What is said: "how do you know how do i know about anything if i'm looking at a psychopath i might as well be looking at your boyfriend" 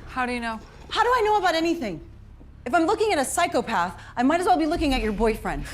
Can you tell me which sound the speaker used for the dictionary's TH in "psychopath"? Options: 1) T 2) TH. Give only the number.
2